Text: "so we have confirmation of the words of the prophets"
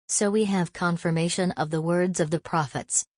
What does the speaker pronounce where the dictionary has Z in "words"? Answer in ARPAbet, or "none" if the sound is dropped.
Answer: Z